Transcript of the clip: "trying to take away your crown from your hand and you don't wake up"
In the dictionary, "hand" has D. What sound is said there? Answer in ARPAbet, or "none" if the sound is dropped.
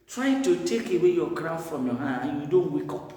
none